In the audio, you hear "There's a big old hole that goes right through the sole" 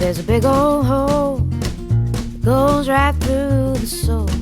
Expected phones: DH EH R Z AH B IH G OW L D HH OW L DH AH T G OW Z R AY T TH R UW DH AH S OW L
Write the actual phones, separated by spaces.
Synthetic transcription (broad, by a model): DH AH R Z AH B IH G OW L HH OW L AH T G OW Z R AY T TH R UW DH AH S OW